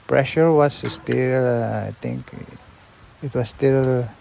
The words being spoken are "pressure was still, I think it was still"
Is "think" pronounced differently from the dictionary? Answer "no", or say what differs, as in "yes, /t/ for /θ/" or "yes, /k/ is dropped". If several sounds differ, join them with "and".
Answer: yes, /t/ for /θ/